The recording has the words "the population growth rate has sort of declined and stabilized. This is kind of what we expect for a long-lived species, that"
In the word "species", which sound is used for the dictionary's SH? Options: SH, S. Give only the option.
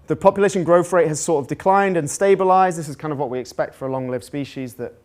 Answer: SH